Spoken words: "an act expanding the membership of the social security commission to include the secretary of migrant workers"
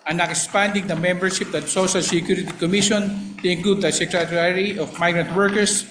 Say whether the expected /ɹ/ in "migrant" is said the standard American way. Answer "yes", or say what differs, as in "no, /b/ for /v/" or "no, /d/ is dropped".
yes